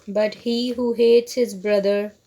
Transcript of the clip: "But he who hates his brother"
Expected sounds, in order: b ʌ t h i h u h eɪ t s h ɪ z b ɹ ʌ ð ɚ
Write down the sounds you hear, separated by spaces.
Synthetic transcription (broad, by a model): b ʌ t h i h u h eɪ t s h ɪ z b ɹ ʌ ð ɚ